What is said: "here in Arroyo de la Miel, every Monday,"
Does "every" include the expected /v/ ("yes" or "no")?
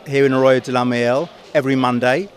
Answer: yes